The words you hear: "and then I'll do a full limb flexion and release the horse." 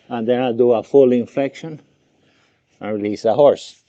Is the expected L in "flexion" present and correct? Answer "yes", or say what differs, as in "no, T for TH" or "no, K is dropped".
no, L is dropped